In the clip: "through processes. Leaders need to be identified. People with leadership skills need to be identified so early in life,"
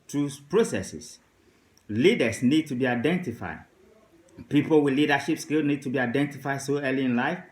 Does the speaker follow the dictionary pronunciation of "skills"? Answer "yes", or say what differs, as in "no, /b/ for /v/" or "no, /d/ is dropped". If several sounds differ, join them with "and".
no, /z/ is dropped